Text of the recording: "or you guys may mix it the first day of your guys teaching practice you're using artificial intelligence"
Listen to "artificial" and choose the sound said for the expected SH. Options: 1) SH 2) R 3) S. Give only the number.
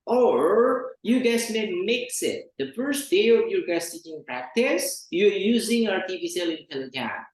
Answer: 3